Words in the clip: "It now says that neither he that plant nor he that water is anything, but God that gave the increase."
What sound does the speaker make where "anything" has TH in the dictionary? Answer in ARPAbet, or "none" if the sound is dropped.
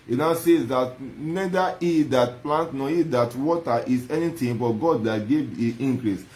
T